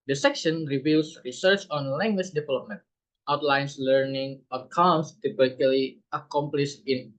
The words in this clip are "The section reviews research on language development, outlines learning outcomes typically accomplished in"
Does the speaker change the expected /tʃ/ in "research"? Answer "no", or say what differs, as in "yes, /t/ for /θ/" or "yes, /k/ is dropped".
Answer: no